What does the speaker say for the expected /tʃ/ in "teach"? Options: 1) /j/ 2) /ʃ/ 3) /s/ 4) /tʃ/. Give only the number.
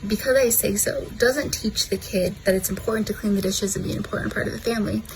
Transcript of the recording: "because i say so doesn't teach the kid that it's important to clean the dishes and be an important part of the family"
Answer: 4